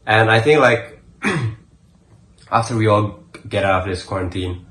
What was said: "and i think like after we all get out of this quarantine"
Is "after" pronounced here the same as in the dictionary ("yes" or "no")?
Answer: yes